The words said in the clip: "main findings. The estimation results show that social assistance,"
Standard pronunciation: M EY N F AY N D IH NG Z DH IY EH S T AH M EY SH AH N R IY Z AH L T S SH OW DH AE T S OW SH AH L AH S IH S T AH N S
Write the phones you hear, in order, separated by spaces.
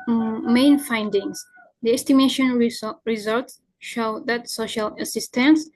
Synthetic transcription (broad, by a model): M EY N F AY N D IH NG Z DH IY EH S T AH M EY SH AH N R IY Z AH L T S SH OW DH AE T S OW SH AH L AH S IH S T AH N S